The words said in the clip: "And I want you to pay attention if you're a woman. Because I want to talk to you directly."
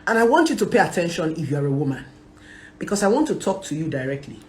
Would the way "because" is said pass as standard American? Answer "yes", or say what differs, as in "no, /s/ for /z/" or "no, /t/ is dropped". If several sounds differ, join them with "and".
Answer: no, /s/ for /z/